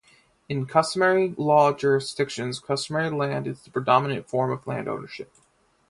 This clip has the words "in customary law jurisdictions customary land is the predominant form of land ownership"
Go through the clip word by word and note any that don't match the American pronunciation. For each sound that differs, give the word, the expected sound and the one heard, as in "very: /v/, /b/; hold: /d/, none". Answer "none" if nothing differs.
none